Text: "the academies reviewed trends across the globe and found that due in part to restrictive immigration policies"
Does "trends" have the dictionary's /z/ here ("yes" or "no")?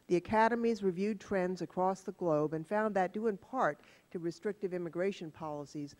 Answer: yes